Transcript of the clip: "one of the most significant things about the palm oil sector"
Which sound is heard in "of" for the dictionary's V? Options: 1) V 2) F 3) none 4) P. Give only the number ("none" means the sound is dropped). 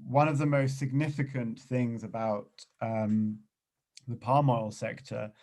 1